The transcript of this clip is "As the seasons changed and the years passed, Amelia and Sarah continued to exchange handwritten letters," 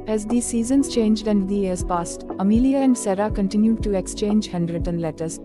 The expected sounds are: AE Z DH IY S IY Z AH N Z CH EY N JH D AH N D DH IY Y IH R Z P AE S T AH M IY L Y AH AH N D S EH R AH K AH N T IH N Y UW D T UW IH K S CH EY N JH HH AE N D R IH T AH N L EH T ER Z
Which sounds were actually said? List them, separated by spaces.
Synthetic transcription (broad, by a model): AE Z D IY S IY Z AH N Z CH EY N JH D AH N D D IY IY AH R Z P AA S T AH M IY L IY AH AH N D S EH R AH K AH N T IH N Y UW D T UW IH K S CH EY N JH HH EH N D R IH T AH N L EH T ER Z